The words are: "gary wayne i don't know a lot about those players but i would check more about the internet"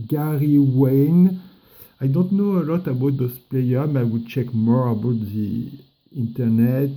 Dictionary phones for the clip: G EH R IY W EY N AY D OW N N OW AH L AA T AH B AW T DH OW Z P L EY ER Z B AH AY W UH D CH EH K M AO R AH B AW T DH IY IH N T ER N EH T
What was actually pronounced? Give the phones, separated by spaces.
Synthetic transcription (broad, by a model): G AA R IY W EY N AY D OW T N OW AH L AA T AH B AW T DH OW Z P L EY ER AY W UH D CH EH K M AO R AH B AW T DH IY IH N T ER N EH T